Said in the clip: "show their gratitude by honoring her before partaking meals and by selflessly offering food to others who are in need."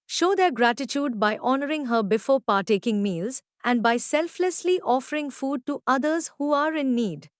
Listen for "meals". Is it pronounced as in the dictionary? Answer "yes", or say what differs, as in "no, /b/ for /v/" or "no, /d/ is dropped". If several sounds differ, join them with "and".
yes